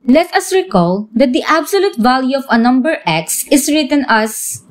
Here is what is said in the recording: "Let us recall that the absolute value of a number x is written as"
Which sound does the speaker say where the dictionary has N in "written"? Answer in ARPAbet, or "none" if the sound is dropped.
N